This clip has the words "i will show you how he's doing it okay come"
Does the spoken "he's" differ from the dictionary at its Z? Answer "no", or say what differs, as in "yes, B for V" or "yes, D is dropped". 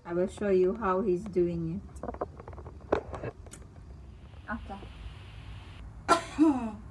no